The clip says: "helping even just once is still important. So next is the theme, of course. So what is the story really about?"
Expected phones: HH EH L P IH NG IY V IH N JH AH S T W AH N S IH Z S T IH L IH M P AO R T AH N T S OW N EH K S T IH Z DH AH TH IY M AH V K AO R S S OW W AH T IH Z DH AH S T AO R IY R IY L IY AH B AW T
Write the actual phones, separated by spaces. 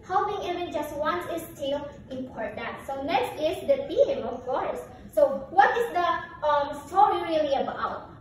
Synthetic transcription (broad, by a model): HH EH L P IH NG IY V IH N JH AH S T W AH N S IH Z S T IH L IH M P AO R T AH N T S OW N EH K S T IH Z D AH T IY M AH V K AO R S S OW W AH T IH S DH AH S T AO R IY R IY L IY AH B AW T